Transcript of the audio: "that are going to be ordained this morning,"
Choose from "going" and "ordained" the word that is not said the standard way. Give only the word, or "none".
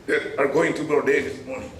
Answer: ordained